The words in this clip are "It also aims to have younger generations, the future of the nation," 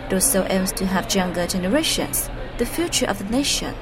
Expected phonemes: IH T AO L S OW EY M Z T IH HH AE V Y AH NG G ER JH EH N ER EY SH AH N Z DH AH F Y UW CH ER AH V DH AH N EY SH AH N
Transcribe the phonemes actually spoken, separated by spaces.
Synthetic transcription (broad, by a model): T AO S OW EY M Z T IH HH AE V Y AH NG G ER JH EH N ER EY SH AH N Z DH AH F Y UW CH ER AH V DH AH N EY SH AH N